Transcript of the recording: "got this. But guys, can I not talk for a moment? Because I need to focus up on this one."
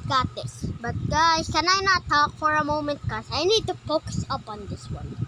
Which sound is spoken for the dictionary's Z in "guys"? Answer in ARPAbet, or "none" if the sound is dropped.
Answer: none